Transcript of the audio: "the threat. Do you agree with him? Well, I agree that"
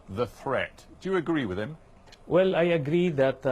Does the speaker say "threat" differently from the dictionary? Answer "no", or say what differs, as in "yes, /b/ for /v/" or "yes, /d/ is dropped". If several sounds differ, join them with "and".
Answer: no